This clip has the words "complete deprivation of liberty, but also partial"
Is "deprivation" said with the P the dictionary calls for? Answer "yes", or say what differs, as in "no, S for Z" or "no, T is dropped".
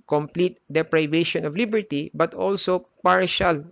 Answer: yes